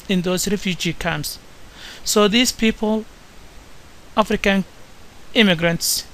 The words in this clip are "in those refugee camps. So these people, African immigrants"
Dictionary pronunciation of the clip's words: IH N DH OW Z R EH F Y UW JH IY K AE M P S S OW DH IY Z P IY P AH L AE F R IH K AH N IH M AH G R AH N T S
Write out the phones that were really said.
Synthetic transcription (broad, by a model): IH N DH OW S R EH F Y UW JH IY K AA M S S OW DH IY S P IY P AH L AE F R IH K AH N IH M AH G R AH N T S